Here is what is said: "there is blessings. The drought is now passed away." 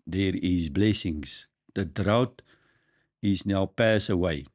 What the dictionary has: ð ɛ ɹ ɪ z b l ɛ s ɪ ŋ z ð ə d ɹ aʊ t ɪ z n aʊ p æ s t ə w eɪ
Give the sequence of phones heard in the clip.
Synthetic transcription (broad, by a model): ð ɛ ɹ ɪ z b l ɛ s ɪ ŋ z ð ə d ɹ aʊ t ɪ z n aʊ p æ s ə w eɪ